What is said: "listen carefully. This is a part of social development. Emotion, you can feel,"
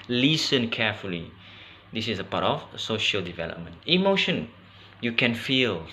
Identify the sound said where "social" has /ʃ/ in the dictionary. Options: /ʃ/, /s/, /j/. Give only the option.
/ʃ/